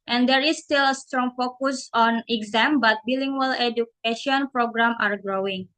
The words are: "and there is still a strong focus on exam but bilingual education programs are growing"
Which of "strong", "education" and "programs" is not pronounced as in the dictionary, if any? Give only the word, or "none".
programs